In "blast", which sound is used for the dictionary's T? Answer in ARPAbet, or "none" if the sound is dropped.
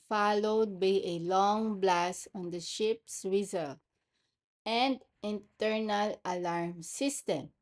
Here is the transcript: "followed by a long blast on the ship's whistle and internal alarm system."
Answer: none